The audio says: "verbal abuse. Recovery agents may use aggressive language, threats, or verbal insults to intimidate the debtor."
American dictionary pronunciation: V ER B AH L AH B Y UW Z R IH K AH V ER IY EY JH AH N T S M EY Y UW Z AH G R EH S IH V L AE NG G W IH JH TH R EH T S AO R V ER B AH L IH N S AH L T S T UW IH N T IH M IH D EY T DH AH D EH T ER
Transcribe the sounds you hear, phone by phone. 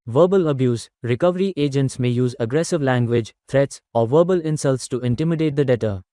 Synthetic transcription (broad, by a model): V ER B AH L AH B Y UW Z R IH K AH V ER IY EY JH AH N T S M EY Y UW Z AH G R EH S IH V L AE NG G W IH JH T R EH T S AO R V ER B AH L IH N S AH L T S T UW IH N T IH M IH D EY T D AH D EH T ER